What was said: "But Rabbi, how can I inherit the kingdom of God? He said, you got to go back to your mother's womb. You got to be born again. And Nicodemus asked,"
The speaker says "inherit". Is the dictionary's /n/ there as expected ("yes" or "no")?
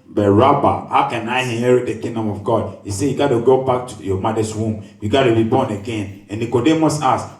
no